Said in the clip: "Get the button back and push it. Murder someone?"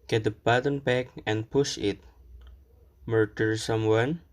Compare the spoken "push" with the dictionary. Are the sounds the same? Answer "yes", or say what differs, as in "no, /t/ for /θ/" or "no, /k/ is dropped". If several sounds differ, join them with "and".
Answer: yes